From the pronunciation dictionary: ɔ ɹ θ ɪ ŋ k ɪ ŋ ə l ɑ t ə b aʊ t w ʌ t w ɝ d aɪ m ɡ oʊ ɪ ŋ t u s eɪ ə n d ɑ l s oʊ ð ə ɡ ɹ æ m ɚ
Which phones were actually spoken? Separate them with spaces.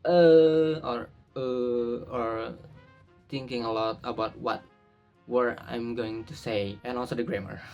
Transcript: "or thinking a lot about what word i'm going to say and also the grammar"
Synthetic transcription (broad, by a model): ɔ ɹ t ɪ ŋ k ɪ ŋ ə l ɑ t ə b aʊ t w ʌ t w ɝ aɪ m ɡ oʊ ɪ ŋ t u s eɪ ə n ɑ l s oʊ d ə ɡ ɹ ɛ m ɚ